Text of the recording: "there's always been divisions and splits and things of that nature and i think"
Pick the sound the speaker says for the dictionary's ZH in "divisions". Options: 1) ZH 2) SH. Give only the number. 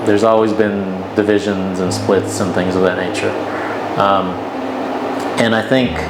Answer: 1